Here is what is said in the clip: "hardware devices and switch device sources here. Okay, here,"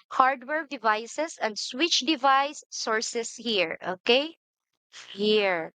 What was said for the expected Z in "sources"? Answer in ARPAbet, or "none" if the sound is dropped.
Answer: S